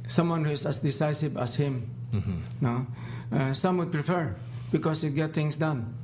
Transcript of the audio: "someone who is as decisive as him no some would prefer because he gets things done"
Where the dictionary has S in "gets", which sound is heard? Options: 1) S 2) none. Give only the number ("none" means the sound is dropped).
2